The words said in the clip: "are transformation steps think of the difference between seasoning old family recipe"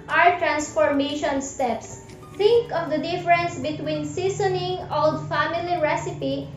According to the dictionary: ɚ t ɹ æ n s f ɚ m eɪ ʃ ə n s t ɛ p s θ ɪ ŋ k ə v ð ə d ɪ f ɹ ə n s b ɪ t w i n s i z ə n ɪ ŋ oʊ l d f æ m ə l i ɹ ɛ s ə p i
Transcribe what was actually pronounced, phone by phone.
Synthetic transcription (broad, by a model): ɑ t ɹ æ n s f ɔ m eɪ ʃ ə n s t ɛ p s t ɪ ŋ k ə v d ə d ɪ f ɹ ə n s b ɪ t w i n s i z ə n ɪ ŋ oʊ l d f æ m ə l i ɹ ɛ s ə p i